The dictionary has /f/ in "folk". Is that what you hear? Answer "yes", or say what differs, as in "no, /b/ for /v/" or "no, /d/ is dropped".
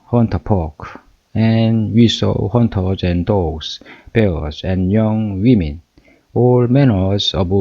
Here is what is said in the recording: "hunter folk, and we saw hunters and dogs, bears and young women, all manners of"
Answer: no, /p/ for /f/